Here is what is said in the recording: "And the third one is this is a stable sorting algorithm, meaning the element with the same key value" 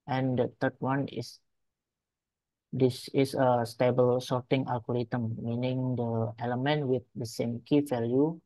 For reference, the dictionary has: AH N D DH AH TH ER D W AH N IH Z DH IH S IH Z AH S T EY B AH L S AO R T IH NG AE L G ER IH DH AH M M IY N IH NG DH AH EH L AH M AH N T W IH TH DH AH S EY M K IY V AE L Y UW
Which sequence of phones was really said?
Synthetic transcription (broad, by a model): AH N D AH T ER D W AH N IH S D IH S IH S AH S T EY B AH L S AO R T IH NG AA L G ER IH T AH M M IY N IH NG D AH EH L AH M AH N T W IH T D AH S EY M K IY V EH L Y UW